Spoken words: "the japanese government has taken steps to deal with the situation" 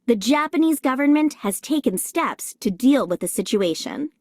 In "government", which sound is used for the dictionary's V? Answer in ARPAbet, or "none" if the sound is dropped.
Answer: V